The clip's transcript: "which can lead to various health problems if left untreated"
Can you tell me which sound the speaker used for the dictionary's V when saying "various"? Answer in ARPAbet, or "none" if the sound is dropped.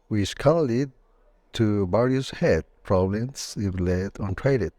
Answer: B